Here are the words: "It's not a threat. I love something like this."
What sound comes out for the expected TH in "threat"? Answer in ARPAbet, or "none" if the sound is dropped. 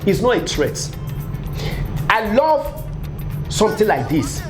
S